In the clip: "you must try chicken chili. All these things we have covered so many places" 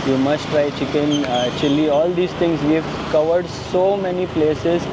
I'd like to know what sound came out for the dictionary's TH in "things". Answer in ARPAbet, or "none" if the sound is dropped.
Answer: T